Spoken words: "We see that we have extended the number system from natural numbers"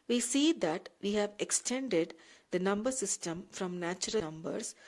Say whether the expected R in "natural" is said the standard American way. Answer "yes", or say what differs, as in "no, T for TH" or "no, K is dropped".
no, R is dropped